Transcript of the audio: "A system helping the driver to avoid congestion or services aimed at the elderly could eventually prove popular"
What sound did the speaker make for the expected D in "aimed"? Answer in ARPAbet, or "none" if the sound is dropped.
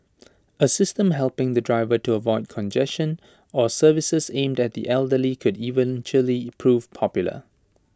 D